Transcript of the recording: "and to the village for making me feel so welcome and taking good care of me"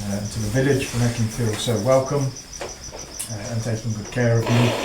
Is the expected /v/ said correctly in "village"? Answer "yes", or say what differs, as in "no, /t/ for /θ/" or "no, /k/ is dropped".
yes